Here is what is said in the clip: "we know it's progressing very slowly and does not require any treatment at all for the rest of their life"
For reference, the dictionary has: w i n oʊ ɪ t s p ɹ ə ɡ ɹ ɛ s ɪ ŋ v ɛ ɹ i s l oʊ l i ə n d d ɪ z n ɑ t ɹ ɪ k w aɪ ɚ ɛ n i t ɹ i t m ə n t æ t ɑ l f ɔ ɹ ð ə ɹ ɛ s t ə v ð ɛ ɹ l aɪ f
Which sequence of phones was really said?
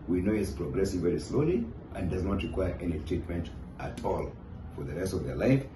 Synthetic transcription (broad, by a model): w i n oʊ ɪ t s p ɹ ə ɡ ɹ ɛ s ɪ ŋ v ɛ ɹ i s l oʊ l i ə n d d ɪ z n ɑ t ɹ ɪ k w aɪ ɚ ɛ n i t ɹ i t m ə n t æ t ɑ l f ɔ ɹ ð ə ɹ ɛ s t ə v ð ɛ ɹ l aɪ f